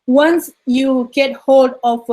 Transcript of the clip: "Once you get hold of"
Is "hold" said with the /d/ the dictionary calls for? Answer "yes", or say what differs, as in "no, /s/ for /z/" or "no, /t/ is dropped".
yes